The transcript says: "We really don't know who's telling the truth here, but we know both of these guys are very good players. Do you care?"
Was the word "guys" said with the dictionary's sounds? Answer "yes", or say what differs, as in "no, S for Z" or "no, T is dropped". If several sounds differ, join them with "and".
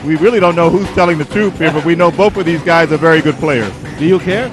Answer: yes